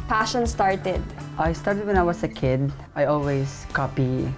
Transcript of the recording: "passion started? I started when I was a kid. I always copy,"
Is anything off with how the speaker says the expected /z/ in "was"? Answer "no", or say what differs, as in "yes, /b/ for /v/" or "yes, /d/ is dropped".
yes, /s/ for /z/